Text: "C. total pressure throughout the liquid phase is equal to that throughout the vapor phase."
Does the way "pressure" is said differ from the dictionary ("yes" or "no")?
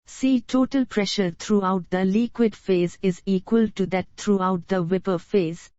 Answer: no